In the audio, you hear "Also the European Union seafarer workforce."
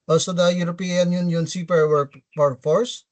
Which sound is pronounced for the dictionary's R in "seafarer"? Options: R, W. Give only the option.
W